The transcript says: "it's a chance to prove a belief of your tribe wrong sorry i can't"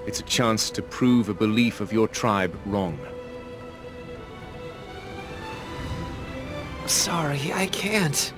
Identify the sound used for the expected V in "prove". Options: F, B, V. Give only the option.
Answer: V